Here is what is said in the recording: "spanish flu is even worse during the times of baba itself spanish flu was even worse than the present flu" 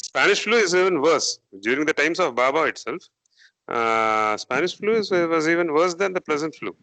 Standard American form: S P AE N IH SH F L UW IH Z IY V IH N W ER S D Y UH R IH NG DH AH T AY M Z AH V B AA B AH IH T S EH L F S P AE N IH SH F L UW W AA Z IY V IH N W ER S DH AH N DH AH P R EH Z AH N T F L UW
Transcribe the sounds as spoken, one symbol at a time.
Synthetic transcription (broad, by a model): S P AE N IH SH F L UW IH Z IY V IH N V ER S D Y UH R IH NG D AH T AY M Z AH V B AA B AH IH T S EH L F S P AE N IH SH F L UW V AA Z IY V IH N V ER S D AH N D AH P L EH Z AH N T F L UW